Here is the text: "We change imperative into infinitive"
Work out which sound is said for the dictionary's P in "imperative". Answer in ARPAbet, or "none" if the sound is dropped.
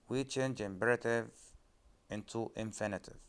B